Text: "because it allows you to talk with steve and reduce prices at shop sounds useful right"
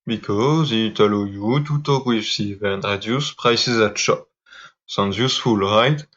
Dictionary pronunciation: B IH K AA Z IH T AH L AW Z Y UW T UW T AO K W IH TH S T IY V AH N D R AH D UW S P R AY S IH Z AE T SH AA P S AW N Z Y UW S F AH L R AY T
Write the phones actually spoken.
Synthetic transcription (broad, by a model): B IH K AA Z IH T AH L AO Y UW T UW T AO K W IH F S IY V AH N D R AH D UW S P R AY S IH Z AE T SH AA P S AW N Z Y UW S F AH L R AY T